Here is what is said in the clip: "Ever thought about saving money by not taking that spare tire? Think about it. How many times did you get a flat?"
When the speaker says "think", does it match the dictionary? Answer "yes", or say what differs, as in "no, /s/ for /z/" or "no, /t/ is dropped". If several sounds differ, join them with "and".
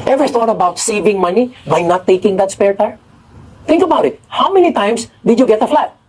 no, /t/ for /θ/